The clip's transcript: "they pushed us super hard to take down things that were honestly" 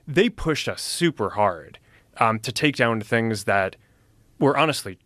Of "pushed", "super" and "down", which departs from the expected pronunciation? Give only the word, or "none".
none